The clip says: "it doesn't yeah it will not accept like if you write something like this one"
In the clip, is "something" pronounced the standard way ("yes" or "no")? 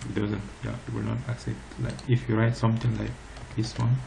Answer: no